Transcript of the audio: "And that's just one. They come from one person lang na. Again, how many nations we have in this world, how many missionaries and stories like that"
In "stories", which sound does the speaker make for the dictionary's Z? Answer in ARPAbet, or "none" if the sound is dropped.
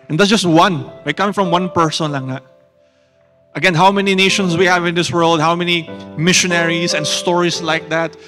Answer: S